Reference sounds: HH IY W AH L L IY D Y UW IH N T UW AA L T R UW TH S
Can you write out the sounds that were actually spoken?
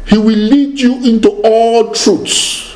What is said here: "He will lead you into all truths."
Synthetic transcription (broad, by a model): HH IY W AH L L IY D Y UW IH N T UW AA L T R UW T S